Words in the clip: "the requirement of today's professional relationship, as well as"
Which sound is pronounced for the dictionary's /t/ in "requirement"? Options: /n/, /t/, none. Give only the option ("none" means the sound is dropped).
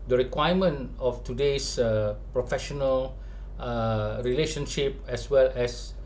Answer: none